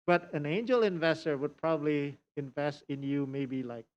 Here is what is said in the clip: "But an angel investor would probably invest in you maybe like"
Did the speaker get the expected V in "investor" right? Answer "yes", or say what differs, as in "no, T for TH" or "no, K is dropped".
yes